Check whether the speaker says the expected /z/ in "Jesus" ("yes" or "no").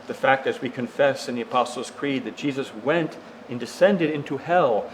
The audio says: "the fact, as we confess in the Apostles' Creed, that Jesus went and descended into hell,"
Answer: yes